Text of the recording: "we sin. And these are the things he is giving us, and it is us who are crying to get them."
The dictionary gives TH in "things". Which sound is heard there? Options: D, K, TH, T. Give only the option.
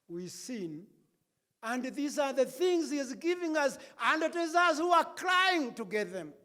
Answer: TH